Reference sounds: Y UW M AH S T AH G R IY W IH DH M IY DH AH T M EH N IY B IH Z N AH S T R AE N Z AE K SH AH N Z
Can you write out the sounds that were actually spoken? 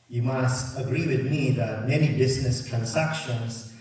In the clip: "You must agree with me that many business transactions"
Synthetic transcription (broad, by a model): Y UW M AH S T AH G R IY W IH DH M IY DH AH T M EH N IY B IH Z N AH S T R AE N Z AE K SH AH N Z